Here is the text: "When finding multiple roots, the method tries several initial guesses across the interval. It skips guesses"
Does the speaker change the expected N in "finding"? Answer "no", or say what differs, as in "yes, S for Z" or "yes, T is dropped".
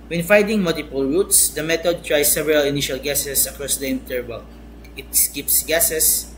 yes, N is dropped